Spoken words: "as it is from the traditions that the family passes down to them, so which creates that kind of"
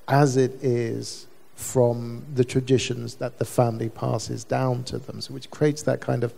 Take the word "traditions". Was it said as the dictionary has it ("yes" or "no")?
yes